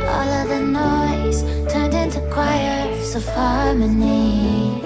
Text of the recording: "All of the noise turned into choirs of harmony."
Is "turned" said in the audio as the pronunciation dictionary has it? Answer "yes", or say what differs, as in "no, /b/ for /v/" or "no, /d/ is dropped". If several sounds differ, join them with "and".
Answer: yes